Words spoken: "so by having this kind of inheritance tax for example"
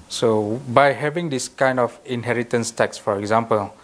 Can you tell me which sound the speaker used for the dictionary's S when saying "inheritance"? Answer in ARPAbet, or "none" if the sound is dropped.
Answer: S